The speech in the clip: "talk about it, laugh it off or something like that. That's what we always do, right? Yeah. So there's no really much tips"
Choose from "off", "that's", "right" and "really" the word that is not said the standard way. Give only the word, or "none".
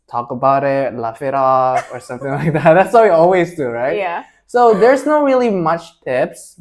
none